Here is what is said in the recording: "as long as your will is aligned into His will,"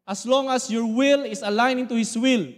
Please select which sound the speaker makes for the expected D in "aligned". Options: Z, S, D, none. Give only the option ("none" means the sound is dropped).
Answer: none